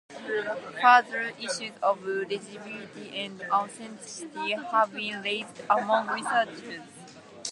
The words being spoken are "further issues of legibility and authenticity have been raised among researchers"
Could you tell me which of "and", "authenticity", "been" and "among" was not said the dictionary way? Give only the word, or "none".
authenticity